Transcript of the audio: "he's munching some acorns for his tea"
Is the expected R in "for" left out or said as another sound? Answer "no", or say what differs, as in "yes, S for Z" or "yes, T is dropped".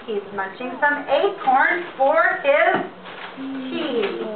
no